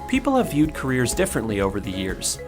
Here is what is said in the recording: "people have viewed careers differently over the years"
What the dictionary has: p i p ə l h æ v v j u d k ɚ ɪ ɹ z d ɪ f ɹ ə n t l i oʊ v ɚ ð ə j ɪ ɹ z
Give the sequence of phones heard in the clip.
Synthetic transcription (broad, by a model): p i p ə l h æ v v j u d k ɚ ɪ ɹ z d ɪ f ɹ ə n t l i oʊ v ɚ ð ə j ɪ ɹ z